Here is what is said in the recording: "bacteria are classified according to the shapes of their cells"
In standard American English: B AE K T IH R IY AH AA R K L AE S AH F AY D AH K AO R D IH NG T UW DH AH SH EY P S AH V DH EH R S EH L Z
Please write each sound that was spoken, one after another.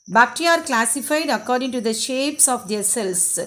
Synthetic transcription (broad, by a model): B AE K T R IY AA R K L AE S AH F AY D AH K AO R D IH NG T UW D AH SH EY P S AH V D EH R S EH L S